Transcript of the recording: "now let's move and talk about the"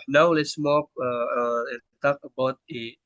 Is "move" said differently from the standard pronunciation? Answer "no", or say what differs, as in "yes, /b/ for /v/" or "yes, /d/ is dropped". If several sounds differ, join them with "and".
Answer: yes, /p/ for /v/